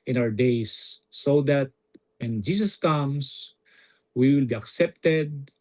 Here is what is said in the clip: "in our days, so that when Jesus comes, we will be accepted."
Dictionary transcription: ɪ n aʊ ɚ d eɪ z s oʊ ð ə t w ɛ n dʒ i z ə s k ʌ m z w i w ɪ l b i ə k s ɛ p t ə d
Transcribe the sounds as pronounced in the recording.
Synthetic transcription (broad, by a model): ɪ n aʊ ɚ d eɪ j s oʊ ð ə t w ɛ n dʒ i s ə s k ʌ m s w i w ɪ l b i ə k s ɛ p t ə d